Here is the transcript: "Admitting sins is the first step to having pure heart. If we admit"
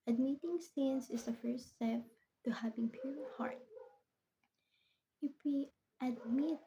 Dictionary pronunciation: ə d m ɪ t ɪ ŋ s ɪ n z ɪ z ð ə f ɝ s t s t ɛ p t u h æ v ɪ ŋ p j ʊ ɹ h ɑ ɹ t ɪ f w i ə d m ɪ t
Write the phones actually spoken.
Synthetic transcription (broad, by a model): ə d m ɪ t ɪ ŋ s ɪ n s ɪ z ð ə f ɝ s t s t ɛ p t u h æ v ɪ ŋ p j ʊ ɹ h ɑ ɹ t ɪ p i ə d m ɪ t